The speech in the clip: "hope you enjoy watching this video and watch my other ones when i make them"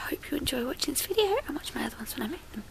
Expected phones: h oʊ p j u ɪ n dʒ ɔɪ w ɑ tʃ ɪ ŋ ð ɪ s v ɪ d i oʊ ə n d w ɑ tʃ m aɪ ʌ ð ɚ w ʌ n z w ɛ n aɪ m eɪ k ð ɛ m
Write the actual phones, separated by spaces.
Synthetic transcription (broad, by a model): h oʊ p j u ɪ n dʒ ɔɪ w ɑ tʃ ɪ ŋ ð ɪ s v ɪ d i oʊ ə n w ɑ tʃ m aɪ ʌ ð ɚ w ʌ n z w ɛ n aɪ m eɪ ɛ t